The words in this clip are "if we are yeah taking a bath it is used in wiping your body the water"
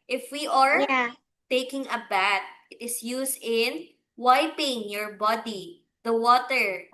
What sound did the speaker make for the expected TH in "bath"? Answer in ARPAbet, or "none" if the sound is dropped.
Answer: T